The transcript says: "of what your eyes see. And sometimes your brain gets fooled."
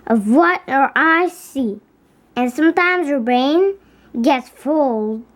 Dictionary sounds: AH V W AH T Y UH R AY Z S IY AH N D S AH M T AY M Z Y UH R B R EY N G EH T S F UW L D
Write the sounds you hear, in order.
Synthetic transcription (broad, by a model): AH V W AH T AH R AY S IY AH N S AH M T AY M Z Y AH R B R EY N G EH T S F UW L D